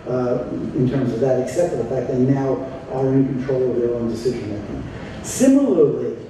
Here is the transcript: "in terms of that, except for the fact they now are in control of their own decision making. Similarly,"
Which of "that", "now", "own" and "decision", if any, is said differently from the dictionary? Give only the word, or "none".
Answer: none